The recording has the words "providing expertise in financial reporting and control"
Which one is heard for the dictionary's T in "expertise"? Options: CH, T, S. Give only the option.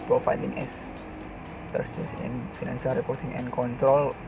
S